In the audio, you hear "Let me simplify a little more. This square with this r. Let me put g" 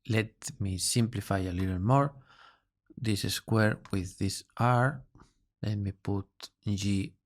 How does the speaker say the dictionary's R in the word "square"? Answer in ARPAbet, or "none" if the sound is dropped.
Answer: R